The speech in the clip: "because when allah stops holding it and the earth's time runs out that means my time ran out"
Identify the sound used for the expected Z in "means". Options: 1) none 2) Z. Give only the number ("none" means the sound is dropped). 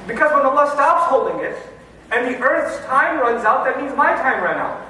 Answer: 2